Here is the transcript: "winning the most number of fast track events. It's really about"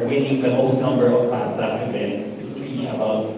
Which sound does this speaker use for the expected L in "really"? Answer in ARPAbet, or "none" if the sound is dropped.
none